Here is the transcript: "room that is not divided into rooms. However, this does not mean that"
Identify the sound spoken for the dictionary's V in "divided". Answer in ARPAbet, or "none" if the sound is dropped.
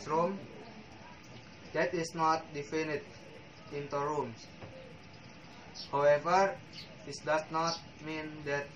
F